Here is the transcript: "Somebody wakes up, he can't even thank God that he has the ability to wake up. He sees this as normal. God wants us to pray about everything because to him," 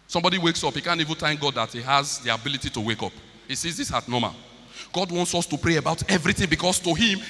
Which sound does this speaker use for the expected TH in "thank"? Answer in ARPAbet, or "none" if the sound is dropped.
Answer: T